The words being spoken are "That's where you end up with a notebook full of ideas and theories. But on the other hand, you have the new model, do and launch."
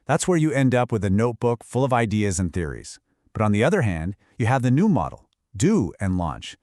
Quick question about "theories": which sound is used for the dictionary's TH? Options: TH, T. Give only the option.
TH